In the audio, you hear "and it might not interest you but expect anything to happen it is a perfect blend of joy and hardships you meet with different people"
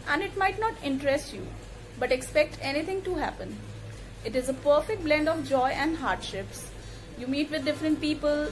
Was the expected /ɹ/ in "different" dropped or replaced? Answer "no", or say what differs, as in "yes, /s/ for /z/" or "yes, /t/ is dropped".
no